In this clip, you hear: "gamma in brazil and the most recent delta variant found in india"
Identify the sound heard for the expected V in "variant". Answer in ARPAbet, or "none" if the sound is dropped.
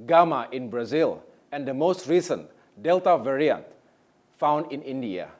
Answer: V